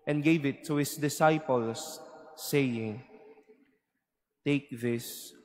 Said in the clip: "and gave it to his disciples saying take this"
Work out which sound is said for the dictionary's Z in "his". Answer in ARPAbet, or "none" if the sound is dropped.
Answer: S